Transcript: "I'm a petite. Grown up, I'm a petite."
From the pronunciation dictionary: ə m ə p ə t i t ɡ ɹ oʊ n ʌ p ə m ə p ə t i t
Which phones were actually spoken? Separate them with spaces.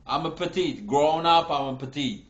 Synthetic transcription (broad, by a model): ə m ə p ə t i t ɡ ɹ oʊ n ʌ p ə m ə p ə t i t